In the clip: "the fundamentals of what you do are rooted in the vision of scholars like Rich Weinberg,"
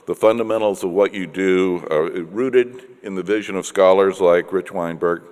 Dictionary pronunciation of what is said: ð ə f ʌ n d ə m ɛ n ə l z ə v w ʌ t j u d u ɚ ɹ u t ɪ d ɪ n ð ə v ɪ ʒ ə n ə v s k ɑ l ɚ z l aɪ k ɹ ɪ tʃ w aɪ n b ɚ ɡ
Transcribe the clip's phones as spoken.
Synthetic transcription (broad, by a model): ð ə f ʌ n d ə m ɛ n l z ə v w ʌ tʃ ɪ d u ɹ u t ɪ d ɪ n ð ə v ɪ ʒ ə n ə v s k ɑ l ɚ z l aɪ k ɹ ɪ tʃ w aɪ n b ɚ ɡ